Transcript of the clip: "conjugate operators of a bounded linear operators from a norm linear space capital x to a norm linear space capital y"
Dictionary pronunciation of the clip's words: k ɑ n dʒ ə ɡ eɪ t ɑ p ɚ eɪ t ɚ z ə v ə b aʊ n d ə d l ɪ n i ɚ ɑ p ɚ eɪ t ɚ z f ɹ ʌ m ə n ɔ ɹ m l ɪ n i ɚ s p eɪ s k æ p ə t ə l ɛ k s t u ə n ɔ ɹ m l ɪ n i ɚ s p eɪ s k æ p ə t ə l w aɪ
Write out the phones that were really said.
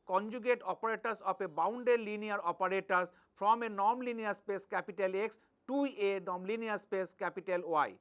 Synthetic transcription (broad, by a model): k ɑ n dʒ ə ɡ eɪ t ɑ p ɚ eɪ t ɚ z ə p ə b aʊ n d ə d l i n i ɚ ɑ p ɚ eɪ t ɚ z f ɹ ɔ m ə n ɔ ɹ m l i n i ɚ s p eɪ s k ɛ p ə t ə l ɛ k s t u ə n ɔ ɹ m l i n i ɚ s p eɪ s k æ p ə t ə l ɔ aɪ